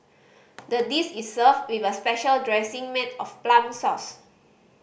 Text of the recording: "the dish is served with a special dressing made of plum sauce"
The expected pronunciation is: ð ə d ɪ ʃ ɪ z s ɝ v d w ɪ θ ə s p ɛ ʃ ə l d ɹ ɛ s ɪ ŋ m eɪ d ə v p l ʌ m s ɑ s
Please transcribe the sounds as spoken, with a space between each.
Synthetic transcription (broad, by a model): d ə d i s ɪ s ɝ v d w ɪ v ə s p ɛ ʃ ə l d ɹ ɛ s ɪ ŋ m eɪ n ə f p l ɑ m s ɑ s